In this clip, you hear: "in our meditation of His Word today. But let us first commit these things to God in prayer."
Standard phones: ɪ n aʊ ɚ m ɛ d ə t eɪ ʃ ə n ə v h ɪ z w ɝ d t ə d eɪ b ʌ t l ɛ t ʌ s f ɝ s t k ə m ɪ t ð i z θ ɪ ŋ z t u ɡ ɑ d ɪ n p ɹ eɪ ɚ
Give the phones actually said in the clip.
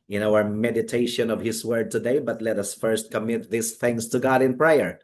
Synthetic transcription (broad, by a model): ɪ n aʊ ɚ m ɛ d ə t eɪ ʃ ə n ə v h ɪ s w ɝ d t ə d eɪ b ʌ t l ɛ t ʌ s f ɝ s t k ə m ɪ t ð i s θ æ ŋ s t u ɡ ɑ d ɪ n p ɹ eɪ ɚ